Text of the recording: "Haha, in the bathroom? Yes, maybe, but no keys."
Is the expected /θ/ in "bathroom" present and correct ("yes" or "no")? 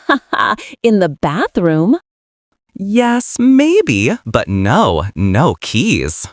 yes